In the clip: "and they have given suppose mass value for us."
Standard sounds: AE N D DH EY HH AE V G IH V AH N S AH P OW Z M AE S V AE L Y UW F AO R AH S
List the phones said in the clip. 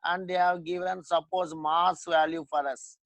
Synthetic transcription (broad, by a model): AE N D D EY HH AE V G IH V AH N S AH P OW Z M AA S V AE L Y UW F AO R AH S